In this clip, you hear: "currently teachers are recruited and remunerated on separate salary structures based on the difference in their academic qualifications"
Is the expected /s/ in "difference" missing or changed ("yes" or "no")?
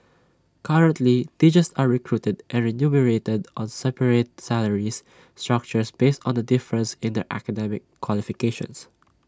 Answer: no